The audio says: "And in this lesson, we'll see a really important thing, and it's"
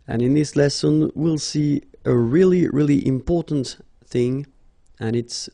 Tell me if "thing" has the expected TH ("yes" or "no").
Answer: yes